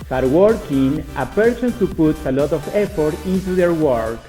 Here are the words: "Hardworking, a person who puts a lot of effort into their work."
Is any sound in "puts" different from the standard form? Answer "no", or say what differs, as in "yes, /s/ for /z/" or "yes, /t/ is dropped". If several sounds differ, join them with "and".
yes, /s/ is dropped